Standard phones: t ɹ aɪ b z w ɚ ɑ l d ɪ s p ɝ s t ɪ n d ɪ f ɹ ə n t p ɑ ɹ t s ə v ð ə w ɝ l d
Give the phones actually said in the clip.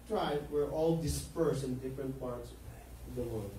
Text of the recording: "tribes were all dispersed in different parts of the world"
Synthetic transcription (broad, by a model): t ɹ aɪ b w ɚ ɑ l d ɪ s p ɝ s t ɪ n d ɪ f ɹ ə n t p ɑ ɹ t s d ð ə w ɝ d